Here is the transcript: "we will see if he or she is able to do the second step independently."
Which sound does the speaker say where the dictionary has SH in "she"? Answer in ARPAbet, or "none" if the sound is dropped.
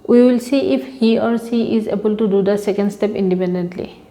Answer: S